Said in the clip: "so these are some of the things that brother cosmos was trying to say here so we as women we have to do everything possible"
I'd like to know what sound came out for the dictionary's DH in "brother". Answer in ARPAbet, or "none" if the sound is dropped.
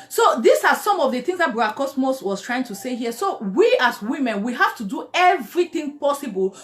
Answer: none